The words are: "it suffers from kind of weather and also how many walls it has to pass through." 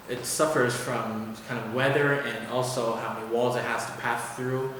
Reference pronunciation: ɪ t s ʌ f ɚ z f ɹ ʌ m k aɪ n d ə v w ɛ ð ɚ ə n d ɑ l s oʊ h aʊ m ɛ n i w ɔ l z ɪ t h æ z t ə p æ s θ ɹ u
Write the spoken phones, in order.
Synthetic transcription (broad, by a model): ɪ t s ʌ f ɚ z f ɹ ʌ m k aɪ n d ə v w ɛ ð ɚ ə n ɑ l s oʊ h aʊ m ɛ n i w ɔ l z ɪ t h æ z t ə p æ s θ ɹ u